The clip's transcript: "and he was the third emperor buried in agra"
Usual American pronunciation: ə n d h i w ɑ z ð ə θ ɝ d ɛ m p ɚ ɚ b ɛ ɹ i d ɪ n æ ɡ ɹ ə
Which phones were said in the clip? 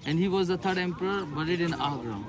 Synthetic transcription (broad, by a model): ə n d h i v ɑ z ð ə t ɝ d ɛ m p ɚ ɚ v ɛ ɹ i d ɪ n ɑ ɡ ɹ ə